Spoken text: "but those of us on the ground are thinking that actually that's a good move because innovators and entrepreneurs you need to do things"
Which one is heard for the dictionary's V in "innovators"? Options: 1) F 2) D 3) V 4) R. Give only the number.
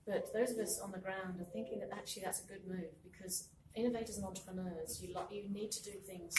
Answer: 3